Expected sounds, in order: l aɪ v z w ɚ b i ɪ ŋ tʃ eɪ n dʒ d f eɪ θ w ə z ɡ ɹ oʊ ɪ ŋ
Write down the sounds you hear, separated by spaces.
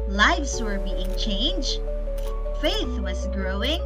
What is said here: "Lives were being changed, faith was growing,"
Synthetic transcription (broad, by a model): l aɪ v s w ɚ b i ɪ ŋ tʃ eɪ n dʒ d f eɪ θ w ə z ɡ ɹ oʊ ɪ ŋ